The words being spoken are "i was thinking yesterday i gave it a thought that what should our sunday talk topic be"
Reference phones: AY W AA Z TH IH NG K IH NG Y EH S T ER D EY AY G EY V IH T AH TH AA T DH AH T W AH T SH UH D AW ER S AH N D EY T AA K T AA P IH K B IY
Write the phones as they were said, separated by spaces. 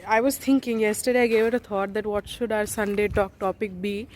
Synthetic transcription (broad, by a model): AY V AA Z T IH NG K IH NG Y EH S T ER D EY AY G EY V IH T AH T AA T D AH T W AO T SH UH D AW ER S AH N D EY T AA K T AA P IH K B IY